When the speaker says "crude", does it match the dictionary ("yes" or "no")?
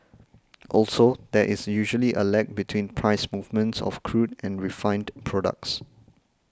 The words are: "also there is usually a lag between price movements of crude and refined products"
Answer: yes